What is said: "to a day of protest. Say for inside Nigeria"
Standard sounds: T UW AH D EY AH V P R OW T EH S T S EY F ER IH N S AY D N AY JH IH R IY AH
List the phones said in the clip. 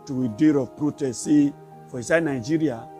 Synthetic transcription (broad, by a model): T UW AH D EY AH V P R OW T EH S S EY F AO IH S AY N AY JH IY R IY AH